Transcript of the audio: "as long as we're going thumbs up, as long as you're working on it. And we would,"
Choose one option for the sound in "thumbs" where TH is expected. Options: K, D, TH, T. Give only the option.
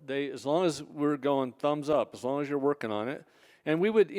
TH